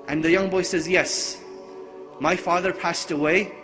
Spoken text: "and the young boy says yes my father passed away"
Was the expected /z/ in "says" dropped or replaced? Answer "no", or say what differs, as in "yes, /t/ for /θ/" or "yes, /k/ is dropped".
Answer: no